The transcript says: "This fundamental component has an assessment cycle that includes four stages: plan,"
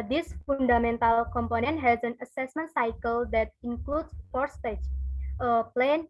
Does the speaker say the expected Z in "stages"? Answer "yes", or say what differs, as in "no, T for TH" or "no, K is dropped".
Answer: no, Z is dropped